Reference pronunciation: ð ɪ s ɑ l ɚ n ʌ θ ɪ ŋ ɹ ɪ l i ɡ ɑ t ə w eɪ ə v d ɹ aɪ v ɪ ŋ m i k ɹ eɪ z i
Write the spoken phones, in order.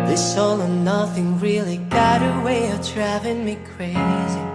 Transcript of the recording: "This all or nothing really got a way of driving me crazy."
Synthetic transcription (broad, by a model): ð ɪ s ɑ l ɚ n ʌ θ ɪ ŋ ɹ ɪ l i ɡ ɑ t ə w eɪ ə v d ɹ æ v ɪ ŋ m i k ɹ eɪ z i